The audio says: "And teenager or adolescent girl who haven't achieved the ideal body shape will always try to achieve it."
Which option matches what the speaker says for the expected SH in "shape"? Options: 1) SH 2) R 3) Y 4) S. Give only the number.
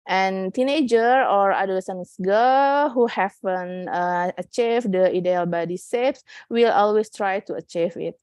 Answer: 4